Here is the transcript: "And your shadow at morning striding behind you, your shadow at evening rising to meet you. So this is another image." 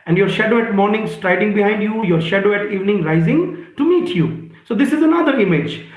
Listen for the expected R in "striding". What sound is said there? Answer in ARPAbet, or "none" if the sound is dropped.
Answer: R